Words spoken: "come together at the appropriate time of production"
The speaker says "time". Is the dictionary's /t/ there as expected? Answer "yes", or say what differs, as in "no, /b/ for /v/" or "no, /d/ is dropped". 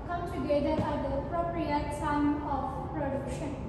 no, /s/ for /t/